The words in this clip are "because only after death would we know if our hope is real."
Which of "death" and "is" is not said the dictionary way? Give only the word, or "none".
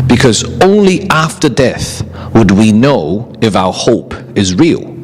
none